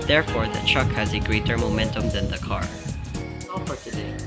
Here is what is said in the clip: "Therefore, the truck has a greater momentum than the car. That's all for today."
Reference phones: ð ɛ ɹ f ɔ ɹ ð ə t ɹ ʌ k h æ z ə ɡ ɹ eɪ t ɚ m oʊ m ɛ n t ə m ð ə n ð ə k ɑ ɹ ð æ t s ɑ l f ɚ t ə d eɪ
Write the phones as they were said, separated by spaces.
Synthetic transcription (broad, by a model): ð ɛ ɹ f ɔ ɹ ð ə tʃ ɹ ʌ k h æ z ə ɡ ɹ eɪ t ɚ m oʊ m ɛ n t ə m ð ə n ð ə k ɑ ɹ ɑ f ɚ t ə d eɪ